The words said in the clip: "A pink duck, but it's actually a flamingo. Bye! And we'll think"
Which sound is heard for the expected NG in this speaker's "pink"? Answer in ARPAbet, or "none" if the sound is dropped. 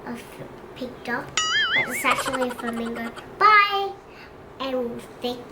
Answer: none